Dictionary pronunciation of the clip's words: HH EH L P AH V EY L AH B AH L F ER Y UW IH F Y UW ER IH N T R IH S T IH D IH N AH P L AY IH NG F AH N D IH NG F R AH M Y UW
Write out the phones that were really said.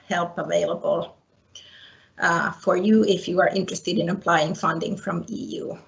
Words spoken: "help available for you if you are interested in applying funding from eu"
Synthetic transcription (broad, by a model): HH EH L P AH V EY L AH B AH L F ER Y UW IH F Y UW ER IH N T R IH S T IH D IH N AH P L AY IH NG F AH N D IH NG F R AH M Y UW